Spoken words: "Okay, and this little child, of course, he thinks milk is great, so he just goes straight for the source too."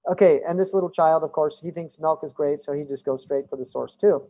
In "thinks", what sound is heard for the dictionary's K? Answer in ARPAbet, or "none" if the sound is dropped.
K